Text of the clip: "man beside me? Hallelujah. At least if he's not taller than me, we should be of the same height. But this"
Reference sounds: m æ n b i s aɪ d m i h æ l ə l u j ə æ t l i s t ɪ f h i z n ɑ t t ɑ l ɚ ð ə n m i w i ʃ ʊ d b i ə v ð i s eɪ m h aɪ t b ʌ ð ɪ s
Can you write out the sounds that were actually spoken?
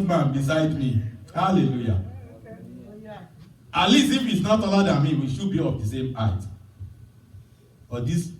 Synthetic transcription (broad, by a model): m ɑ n b i s aɪ d m i h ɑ l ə l u j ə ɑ l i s ɪ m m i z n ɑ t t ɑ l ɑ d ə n m i w i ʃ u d b i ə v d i s eɪ m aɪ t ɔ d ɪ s